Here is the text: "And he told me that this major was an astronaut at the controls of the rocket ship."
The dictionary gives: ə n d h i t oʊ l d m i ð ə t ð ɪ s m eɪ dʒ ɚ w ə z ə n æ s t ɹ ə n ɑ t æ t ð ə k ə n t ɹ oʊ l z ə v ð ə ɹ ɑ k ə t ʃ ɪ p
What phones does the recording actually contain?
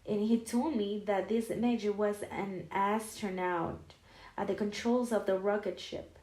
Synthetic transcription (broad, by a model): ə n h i t oʊ l d m i ð ə t ð ɪ s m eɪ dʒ ɚ w ə z ə n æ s t ɹ n ɑ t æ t ð ə k ə n t ɹ oʊ l z ə v ð ə ɹ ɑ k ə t ʃ ɪ p